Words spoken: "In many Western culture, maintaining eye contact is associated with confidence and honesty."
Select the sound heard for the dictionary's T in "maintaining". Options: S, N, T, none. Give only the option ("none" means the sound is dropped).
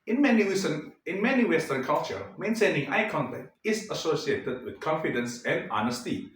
S